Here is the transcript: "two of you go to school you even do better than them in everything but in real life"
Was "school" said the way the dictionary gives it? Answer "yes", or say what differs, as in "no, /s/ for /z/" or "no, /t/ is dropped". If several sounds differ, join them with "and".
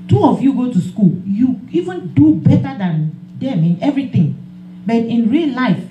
yes